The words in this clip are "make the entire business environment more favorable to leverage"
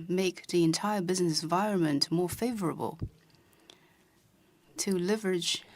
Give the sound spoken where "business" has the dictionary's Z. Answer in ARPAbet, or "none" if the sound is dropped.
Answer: Z